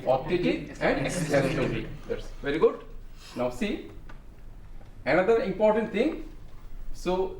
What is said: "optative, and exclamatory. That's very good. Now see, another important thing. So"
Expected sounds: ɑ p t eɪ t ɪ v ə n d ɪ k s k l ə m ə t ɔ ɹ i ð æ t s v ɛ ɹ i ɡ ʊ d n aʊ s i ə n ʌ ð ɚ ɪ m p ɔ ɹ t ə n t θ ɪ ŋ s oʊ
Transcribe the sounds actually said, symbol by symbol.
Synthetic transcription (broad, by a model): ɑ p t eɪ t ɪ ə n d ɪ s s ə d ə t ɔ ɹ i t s v ɛ ɹ i ɡ ʊ d n aʊ s i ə n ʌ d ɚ ɪ m p ɔ ɹ t ə n t t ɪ ŋ s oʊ